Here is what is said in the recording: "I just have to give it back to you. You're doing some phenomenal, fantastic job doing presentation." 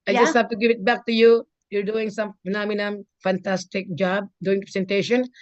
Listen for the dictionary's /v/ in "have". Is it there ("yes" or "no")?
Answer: no